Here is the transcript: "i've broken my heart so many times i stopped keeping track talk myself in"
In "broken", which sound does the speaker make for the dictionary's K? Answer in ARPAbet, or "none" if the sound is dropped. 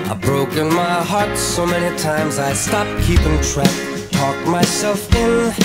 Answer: K